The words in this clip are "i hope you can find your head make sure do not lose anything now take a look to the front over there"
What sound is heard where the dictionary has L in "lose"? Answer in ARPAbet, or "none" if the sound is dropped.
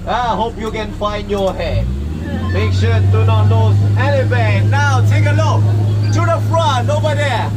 N